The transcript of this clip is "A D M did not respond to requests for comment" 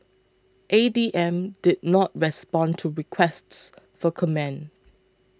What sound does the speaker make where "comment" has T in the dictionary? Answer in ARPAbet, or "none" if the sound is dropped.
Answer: none